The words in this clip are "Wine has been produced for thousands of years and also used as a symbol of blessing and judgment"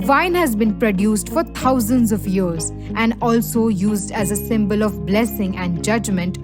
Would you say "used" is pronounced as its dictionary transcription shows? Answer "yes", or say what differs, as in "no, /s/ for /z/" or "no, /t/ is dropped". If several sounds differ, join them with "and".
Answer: yes